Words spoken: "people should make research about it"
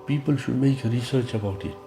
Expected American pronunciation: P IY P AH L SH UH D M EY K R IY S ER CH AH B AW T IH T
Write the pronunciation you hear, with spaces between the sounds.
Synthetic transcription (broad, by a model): P IY P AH L SH UH D M EY K R IY S ER CH AH B AW T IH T